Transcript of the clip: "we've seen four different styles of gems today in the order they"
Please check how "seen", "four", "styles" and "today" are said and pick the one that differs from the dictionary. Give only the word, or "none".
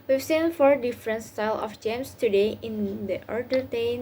styles